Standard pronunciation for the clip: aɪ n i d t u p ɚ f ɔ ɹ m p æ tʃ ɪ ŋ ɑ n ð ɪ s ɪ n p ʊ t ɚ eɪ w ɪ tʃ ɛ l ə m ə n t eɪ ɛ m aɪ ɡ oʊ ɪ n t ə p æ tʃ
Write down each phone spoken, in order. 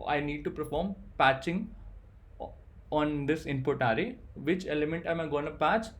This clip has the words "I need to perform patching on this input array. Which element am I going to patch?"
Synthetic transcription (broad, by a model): aɪ n i d t u p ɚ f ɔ ɹ m p æ tʃ ɪ ŋ ɑ n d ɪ s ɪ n p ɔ t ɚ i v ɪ tʃ ɛ l ə m ə n t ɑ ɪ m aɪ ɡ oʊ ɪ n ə p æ tʃ